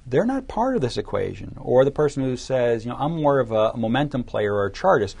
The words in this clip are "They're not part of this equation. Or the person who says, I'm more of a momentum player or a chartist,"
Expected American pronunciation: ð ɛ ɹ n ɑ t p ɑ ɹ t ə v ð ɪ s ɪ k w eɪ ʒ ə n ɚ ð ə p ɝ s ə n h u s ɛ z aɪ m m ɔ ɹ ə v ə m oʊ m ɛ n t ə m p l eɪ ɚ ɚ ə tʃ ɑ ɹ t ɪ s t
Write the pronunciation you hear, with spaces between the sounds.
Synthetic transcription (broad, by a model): ð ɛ ɹ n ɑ t p ɑ ɹ t ə v ð ɪ s ɪ k w eɪ ʒ ə n ɚ ð ə p ɝ s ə n h u s ɛ z aɪ m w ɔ ɹ ə v ə m oʊ m ɛ n t ə m p l eɪ ɚ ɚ ə tʃ ɑ ɹ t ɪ s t